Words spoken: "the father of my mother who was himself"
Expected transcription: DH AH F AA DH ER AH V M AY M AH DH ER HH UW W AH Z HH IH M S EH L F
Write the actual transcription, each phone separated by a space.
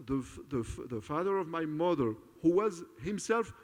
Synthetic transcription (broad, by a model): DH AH F AA DH ER AH V M AY M AH DH ER HH UW W AH Z HH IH M S EH L F